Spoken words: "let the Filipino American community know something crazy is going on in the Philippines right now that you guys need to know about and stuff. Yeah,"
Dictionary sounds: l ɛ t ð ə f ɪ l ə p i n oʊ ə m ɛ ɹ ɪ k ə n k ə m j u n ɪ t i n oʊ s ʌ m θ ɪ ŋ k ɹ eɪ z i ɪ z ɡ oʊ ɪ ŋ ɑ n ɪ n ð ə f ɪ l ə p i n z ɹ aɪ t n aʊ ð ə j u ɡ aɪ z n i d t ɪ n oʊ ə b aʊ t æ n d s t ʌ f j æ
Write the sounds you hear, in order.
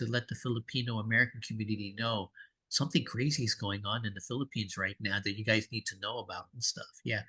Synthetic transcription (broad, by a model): l ɛ t ð ə f ɪ l ə p i n oʊ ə m ɛ ɹ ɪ k n k m j u n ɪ t i n oʊ s ʌ m θ ɪ ŋ k ɹ eɪ z i ɪ z ɡ oʊ ɪ ŋ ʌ n ɪ n ð ə f ɪ l ə p i n z ɹ aɪ t n aʊ ð ə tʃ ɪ ɡ aɪ z n i d t ɪ n oʊ ə b aʊ t n s t ʌ f j æ